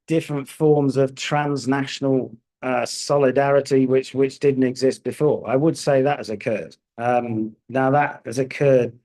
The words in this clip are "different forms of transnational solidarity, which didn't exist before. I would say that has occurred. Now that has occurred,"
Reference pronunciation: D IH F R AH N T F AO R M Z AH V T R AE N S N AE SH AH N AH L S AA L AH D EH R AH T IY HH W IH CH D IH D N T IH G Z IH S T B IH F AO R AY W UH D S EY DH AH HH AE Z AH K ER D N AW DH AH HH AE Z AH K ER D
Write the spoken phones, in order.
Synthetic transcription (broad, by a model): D IH F R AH N T F AO R M Z AH V T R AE N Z N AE SH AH N AH L S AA L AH D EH R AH T IY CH W IH CH D IH D N T IH G Z IH S T B IH F AO R AY W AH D S EY DH AH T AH Z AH K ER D N AW DH AH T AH Z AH K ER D